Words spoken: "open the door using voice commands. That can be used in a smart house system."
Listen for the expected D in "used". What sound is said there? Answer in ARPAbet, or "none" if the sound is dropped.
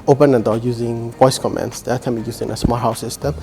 none